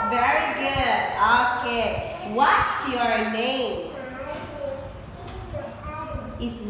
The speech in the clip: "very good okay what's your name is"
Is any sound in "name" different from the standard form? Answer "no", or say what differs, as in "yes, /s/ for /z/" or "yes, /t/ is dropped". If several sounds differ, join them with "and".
no